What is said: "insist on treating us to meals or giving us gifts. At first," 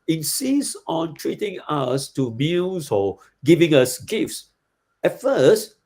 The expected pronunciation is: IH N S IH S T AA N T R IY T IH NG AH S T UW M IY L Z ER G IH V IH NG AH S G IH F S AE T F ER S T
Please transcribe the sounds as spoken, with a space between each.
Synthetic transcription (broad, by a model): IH N S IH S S AA N T R IY T IH NG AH S T UW M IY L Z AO G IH V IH NG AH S G IH F S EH T F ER S T